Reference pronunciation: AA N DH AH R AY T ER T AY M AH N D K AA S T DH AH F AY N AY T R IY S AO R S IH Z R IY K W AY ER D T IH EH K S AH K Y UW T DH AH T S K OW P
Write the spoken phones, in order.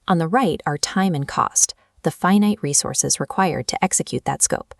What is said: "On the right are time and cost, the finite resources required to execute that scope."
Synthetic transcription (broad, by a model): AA N DH AH R AY T ER T AY M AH N K AA S T DH AH F AY N AY T R IY S AO R S IH Z R IY K W AY ER D T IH EH K S AH K Y UW T DH AH T S K OW P